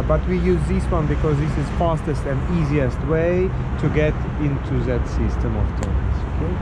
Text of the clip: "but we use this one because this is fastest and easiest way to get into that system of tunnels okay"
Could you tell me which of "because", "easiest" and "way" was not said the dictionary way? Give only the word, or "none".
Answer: none